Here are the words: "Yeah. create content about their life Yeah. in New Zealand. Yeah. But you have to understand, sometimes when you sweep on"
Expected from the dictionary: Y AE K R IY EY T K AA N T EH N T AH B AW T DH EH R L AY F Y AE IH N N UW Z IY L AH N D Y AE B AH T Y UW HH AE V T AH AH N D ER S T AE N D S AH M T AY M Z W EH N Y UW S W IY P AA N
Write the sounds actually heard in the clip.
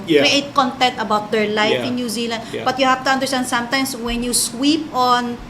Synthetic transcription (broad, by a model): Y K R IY EY T K AA N T EH N T AH B AW T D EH R L AY F IH N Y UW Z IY L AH N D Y B AH T Y UW HH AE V T AH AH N D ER S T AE N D S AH M T AY M S W EH N Y UW S W IY P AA N